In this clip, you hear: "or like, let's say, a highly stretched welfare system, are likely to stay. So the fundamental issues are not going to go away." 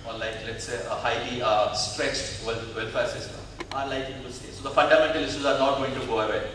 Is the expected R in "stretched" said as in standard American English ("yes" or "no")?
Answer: yes